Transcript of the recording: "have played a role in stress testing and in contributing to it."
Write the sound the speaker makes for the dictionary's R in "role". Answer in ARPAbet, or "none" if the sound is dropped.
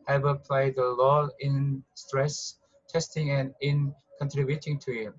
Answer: L